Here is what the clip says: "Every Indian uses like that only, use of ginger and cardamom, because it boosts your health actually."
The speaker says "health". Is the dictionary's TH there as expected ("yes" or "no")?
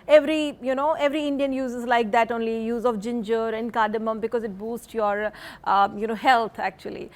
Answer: no